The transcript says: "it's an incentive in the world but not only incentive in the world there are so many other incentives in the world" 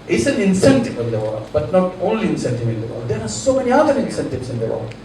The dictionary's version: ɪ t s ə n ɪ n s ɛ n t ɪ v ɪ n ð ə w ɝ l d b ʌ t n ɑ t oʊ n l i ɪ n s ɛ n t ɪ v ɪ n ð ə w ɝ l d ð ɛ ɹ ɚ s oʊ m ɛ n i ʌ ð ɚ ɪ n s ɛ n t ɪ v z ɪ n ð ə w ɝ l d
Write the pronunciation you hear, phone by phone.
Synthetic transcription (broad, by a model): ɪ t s ə n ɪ n s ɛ n t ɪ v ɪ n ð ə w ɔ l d b ʌ t n ɑ t oʊ n l i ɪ n s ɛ n t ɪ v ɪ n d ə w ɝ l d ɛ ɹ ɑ s oʊ m ɛ n i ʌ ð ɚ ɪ n s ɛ n t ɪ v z ɪ n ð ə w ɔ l